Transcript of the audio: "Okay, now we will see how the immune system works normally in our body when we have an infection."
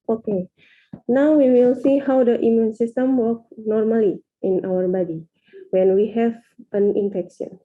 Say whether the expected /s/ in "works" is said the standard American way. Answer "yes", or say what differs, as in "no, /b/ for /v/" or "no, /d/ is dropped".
no, /s/ is dropped